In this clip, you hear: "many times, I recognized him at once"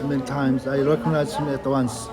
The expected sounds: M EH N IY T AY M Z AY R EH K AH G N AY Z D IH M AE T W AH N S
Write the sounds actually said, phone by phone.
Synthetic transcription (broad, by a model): M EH N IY T AY M Z AY R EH K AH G N AY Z IH M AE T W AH N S